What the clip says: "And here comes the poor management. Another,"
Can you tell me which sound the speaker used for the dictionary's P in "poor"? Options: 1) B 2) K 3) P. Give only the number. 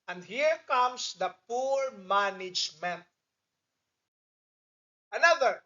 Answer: 3